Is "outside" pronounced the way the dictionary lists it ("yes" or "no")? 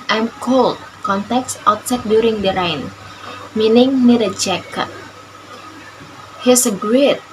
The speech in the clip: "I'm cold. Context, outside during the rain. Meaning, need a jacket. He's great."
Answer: no